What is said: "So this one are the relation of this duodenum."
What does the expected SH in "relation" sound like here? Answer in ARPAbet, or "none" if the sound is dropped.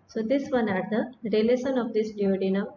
S